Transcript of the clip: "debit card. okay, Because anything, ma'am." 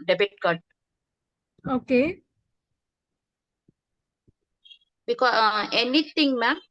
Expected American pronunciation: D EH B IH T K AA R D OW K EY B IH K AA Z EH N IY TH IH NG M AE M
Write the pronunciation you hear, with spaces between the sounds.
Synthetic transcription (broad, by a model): D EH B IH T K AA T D OW K EY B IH K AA EH N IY T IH NG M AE